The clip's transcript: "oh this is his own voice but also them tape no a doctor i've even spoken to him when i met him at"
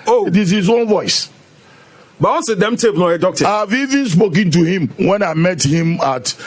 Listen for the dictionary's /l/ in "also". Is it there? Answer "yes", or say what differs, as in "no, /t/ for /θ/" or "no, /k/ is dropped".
no, /n/ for /l/